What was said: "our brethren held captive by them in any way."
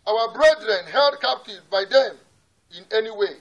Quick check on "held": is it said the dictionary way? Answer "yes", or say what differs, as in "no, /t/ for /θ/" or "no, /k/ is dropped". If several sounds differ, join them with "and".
yes